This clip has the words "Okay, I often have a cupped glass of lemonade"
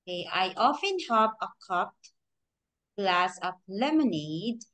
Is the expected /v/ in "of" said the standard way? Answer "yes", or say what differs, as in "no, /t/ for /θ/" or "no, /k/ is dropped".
no, /p/ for /v/